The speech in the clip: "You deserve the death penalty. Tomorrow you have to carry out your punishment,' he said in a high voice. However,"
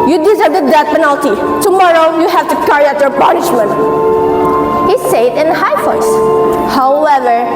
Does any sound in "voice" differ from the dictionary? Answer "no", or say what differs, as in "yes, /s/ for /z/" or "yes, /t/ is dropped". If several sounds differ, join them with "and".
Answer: yes, /f/ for /v/